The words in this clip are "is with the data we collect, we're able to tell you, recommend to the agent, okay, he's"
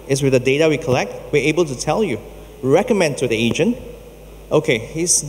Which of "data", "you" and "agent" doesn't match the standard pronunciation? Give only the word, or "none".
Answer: none